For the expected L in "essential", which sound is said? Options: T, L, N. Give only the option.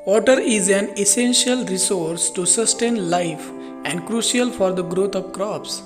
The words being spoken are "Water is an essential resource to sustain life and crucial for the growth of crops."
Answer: L